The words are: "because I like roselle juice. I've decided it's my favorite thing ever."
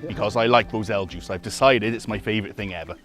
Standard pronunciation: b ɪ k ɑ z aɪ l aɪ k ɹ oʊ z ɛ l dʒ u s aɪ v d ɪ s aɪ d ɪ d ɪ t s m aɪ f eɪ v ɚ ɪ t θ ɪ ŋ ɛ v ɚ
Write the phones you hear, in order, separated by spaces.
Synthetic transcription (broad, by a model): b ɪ k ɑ z aɪ l aɪ k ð oʊ z ɛ l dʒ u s aɪ v d ɪ s aɪ d ɪ d ɪ t s m aɪ f eɪ v ɚ ɪ t θ ɪ ŋ ɛ v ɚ